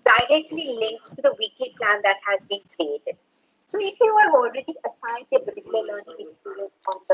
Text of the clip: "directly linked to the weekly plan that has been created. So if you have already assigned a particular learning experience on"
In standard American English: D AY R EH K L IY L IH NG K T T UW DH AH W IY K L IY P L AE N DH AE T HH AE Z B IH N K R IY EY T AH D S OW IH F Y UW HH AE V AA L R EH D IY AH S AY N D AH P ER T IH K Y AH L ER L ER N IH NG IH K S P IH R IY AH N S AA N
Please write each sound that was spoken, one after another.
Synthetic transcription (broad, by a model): D AY R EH K L IY L IH NG K T T UW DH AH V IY K L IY P L AE N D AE T HH AE Z B IH N K R IY EY T AH D S OW IH F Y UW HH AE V AA L R EH D IY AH S AY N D AH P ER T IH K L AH L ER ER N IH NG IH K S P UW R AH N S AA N